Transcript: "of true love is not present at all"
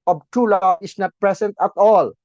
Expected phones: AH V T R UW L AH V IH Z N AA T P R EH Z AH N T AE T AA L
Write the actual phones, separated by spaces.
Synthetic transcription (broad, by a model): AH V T UW L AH IH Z N AA T P R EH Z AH N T AE T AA L